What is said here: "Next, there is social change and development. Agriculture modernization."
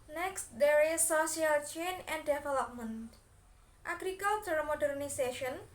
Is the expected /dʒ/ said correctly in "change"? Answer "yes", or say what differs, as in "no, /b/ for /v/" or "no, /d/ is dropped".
no, /dʒ/ is dropped